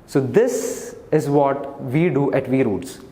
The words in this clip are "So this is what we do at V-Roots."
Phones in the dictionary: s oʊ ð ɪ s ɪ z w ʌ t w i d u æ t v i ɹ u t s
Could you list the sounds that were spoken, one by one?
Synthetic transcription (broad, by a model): s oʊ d ɪ s ɪ z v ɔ t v i d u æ t v i ɹ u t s